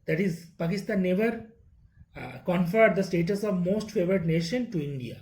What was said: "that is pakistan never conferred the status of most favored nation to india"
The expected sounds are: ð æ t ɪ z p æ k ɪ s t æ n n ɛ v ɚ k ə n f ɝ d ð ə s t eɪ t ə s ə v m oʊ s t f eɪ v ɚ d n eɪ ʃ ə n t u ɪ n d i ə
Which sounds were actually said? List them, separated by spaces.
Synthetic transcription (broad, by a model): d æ t ɪ z p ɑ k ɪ s t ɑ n n ɛ v ɚ k ə n f ɝ d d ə s t eɪ t ə s ə v m oʊ s t f eɪ v ɚ d n eɪ ʃ ə n t u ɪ n d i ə